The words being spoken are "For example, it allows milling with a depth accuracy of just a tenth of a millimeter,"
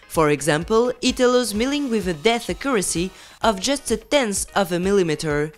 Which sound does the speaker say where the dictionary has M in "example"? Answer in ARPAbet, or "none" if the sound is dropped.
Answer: M